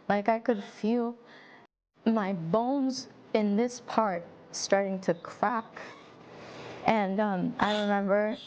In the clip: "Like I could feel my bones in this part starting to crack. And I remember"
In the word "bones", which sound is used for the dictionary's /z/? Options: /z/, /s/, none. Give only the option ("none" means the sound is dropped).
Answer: /z/